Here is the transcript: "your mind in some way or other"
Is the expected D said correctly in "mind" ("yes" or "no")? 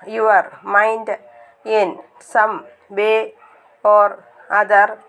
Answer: yes